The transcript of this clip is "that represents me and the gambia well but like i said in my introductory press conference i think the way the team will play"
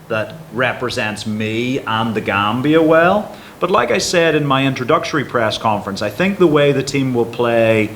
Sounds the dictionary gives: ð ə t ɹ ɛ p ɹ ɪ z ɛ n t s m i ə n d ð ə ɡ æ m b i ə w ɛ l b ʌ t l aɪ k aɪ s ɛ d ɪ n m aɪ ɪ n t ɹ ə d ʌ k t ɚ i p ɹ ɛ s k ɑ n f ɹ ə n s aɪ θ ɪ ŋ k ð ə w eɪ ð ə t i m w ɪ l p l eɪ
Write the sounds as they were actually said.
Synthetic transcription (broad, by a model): ð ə t ɹ ɛ p ɹ ɪ z ɛ n t s m i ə n ð ə ɡ æ m b i ə w ɛ l b ʌ t l aɪ k aɪ s ɛ d ɪ n m aɪ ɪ n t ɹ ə d ʌ k t ɚ i p ɹ ɛ s k ɑ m f ɹ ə n s aɪ θ ɪ ŋ k ð ə w eɪ ð ə t i m w ɪ l p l eɪ